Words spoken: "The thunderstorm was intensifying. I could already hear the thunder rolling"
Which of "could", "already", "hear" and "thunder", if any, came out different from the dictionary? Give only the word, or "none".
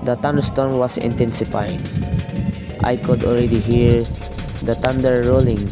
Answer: thunder